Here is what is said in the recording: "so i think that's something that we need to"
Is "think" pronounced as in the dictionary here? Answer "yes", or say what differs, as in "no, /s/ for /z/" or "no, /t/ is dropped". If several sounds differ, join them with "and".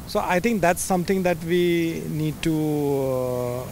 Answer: no, /t/ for /θ/